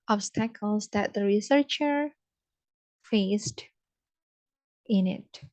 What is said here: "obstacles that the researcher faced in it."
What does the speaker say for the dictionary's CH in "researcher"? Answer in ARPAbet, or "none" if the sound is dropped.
CH